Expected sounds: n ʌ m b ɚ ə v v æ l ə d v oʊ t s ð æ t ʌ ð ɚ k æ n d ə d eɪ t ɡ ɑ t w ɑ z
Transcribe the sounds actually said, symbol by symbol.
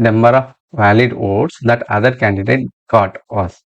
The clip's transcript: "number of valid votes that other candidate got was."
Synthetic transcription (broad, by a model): n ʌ m b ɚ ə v v æ l ə d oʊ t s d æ t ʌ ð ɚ k æ n d ə d eɪ t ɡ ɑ t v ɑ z